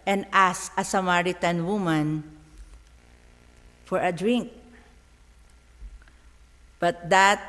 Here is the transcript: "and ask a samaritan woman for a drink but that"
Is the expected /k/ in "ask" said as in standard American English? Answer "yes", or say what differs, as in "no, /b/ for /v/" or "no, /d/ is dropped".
no, /k/ is dropped